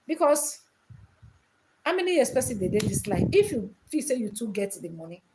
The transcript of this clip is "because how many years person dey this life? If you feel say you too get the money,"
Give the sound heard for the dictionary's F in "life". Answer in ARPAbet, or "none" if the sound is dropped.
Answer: none